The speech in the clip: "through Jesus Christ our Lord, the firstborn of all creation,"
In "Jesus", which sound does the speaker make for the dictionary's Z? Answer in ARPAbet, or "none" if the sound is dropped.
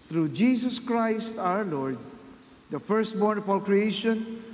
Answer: S